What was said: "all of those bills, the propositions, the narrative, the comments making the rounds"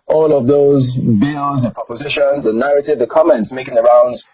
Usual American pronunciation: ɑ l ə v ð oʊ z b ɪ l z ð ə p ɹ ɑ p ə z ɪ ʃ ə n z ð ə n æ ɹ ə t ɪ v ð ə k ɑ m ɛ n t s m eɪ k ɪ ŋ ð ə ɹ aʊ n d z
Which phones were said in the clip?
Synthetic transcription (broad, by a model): ɑ l ə v ð oʊ z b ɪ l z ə p ɹ ɑ p ə z ɪ ʃ ə n z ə n æ ɹ ə t ɪ v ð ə k ɑ m ɛ n t s m eɪ k ɪ ŋ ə ɹ aʊ n d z